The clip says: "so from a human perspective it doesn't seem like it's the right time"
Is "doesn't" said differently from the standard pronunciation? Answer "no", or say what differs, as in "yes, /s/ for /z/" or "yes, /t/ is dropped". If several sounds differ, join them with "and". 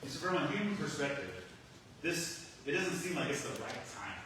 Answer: no